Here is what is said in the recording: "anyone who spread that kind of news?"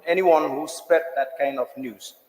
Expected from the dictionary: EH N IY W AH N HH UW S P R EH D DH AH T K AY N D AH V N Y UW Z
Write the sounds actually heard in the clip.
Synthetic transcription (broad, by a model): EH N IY W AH N HH UW S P EH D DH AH T K AY N D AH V N Y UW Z